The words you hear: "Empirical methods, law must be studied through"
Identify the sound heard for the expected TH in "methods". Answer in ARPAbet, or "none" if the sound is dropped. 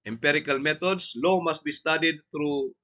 T